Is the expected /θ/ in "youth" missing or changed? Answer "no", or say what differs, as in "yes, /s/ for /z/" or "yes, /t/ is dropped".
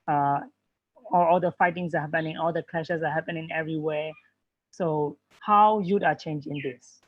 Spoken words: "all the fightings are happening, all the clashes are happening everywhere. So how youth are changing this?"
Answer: yes, /t/ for /θ/